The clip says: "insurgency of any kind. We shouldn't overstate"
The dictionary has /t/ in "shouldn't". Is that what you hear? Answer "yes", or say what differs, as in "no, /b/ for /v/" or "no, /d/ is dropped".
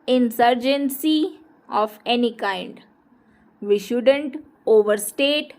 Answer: yes